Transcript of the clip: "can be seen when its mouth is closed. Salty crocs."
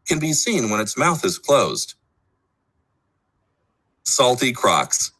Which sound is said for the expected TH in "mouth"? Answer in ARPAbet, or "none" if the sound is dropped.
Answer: TH